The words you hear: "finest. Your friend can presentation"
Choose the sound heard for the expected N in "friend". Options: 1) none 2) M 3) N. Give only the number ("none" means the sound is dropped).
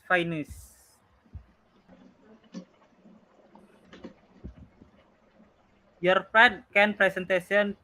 1